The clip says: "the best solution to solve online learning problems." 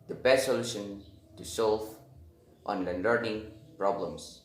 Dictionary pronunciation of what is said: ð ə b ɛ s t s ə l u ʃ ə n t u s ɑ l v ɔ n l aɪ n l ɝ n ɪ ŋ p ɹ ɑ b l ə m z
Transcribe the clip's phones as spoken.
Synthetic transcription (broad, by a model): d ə b ɛ s t s ə l u ʃ ə n t u s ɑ l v ɔ n l aɪ n l ɝ n ɪ ŋ p ɹ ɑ b l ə m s